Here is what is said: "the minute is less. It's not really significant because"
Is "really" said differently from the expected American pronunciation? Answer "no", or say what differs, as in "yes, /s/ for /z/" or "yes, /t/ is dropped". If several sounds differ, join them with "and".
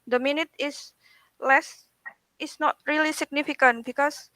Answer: no